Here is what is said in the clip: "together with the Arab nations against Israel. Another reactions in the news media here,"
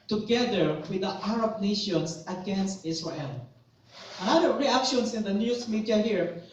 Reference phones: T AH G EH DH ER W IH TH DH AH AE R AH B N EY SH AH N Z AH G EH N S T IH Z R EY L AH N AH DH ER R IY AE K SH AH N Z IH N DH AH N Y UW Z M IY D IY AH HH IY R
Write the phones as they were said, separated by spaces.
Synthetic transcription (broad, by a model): T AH G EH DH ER W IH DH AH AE R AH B N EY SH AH N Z AH G EH N S T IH S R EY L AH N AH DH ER R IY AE K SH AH N S IH N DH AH N Y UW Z M IY D IY AH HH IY R